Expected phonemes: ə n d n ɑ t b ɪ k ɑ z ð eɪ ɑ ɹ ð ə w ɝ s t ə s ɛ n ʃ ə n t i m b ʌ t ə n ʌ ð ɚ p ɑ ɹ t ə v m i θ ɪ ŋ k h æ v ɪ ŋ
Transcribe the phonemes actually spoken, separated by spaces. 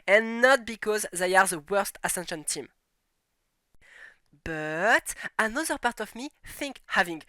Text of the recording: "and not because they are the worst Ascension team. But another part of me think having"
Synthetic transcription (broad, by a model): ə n n ɑ t b ɪ k ɑ z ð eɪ ɑ ɹ ð ə w ɝ s t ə s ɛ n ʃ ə n t i m b ʌ t ə n ʌ ð ɚ p ɑ ɹ t ə v m i θ ɪ ŋ k h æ v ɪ ŋ